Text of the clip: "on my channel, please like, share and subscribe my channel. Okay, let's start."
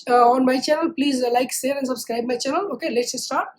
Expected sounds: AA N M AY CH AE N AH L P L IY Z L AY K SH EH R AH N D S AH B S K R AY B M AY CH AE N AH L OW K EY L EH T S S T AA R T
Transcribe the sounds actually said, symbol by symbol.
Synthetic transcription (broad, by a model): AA N M AY CH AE N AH L P L IY Z L AY K S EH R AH N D S AH B S K R AY B M AY CH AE N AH L OW K EY L EH T S S T AA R T